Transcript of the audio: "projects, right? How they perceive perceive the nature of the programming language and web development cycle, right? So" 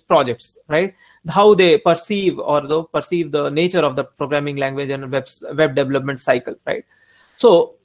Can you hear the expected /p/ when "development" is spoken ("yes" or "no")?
yes